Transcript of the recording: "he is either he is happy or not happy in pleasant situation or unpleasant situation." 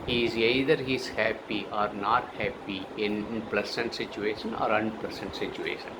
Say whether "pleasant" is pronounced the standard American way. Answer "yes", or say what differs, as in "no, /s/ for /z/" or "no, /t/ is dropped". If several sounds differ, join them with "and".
no, /s/ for /z/